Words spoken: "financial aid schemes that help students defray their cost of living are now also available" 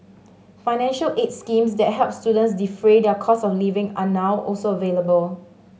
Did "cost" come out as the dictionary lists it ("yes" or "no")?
no